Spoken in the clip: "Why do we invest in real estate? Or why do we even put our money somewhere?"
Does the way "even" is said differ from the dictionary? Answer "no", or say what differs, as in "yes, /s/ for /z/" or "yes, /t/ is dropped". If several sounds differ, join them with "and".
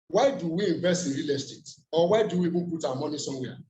yes, /b/ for /v/